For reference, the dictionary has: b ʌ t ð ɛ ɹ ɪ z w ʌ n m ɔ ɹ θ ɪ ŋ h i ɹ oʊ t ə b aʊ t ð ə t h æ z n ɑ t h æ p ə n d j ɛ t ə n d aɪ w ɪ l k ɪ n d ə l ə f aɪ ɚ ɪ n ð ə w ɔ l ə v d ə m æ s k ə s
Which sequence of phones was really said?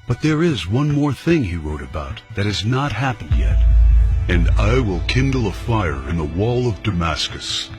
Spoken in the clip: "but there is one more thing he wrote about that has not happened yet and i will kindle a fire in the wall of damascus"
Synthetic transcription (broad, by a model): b ʌ t ð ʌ ɹ ɪ z w ʌ n m ɔ ɹ θ ɪ ŋ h i ɹ oʊ t ə b aʊ t ð ə t h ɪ z n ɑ t h æ p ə n d j ɛ t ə n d aɪ w ɪ l k ɪ n d l ə f aɪ ɚ ɪ n ð ə w ɔ l ə v d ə m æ s k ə s